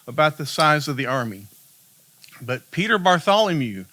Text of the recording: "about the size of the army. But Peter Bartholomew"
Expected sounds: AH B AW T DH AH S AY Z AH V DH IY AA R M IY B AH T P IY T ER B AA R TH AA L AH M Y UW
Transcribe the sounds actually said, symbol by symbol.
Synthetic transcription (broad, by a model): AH B AW T DH AH S AY Z AH V DH IY AA R M IY B AH T P IY T ER B AA R TH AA L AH M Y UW